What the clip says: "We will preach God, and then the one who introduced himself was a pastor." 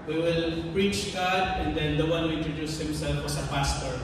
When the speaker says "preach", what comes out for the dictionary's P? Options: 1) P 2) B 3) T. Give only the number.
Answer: 1